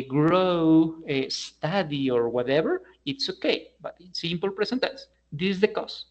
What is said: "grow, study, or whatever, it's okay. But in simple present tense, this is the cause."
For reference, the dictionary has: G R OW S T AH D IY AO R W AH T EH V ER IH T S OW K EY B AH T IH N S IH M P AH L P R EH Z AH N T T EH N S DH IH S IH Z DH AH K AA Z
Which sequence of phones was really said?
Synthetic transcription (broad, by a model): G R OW S T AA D IY AO R W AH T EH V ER IH T S OW K EY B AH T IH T S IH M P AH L P R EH S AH N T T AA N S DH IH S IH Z DH AH K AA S